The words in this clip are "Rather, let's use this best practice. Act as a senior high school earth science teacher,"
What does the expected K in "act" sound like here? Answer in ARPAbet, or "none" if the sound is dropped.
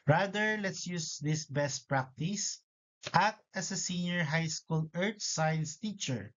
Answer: none